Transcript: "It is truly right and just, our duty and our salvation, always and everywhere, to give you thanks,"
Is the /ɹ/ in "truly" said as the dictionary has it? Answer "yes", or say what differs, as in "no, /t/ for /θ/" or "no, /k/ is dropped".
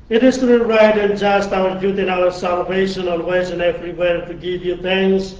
no, /ɹ/ is dropped